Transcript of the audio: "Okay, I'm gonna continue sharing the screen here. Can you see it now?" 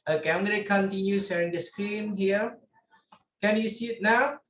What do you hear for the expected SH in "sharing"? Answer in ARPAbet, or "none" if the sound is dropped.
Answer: S